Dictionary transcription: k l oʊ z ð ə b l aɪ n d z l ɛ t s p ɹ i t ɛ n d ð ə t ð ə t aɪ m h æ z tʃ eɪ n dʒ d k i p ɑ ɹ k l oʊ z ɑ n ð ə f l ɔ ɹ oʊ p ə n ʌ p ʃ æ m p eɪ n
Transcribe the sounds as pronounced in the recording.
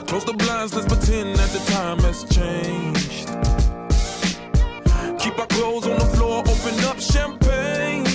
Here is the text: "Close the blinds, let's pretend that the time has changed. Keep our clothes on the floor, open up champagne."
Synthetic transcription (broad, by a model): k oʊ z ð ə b l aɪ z n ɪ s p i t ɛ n ð ə t ð ə t aɪ m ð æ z tʃ eɪ n dʒ d k i p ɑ k l oʊ z n ð ə f l ɔ ɹ oʊ p ə n ʌ p ʃ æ m p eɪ n